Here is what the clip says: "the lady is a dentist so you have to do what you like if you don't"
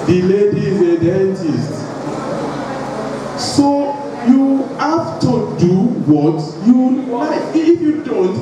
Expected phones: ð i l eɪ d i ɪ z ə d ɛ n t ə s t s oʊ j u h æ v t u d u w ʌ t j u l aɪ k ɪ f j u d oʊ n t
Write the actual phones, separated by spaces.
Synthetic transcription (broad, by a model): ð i l eɪ d i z ə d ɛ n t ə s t s oʊ j u h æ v t u d u w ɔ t j u w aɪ ɪ f j u d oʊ n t